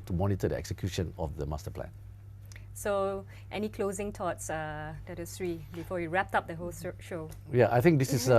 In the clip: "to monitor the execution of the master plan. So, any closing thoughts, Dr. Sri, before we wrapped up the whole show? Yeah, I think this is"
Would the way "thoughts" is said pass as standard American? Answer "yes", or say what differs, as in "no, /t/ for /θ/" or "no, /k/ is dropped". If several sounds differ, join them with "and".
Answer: no, /t/ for /θ/